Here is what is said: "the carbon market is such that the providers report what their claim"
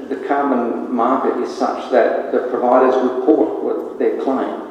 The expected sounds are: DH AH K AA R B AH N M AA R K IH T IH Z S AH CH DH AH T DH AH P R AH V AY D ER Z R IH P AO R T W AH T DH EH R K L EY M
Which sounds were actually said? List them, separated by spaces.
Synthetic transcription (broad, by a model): DH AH K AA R B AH N M AA R K IH T IH Z S AH CH DH AH T DH AH P R AH V AY D ER Z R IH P AO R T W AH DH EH R K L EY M